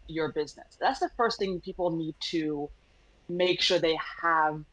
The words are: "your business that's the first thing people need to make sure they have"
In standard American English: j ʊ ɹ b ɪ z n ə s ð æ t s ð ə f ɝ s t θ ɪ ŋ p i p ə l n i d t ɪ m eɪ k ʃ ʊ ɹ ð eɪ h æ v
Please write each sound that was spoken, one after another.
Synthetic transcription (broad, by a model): j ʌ ɹ b ɪ z n ə s ð æ t s ð ə f ɝ s t θ ɪ ŋ p i p l n i d t ɪ m eɪ k ʃ ʊ ɹ ð eɪ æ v